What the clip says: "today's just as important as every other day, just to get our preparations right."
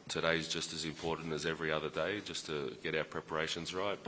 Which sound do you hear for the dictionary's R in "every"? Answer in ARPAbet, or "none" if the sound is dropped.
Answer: R